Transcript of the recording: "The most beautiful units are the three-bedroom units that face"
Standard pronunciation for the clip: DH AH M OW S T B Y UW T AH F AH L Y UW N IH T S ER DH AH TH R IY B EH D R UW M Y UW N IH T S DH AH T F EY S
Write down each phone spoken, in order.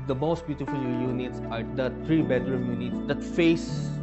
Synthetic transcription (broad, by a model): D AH M OW S T B Y UW T AH F AH L Y UW N IH T S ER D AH T R IY B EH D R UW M Y UW N IH T S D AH T F EY S